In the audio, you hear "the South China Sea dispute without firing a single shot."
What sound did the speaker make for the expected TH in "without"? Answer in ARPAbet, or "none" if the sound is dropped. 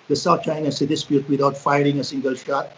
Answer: T